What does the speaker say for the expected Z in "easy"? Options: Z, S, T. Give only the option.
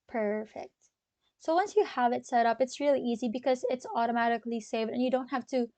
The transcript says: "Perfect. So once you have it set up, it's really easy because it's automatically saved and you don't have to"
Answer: Z